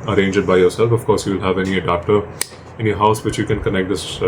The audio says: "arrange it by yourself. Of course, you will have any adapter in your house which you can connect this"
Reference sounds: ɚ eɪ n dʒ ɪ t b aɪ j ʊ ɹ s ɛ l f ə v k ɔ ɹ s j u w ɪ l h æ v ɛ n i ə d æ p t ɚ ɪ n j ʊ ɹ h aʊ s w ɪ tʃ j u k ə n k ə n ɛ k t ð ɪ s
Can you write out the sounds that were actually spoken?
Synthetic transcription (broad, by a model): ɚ eɪ n dʒ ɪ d b aɪ j ʊ ɹ s ɛ l f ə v k ɔ ɹ s j u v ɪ l h æ v ɛ n i ə d æ p t ɚ ɪ n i h aʊ s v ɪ tʃ j u k ə n k ə n ɛ k t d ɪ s